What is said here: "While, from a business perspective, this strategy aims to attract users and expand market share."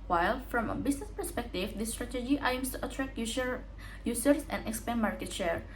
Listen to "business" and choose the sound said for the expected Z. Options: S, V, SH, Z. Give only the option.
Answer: S